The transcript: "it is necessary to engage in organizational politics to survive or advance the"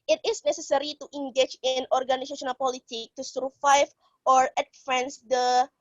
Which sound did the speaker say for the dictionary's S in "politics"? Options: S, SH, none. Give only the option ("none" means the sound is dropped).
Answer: none